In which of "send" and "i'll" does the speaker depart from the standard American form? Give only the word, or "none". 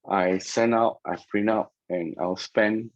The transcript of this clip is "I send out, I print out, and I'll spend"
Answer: send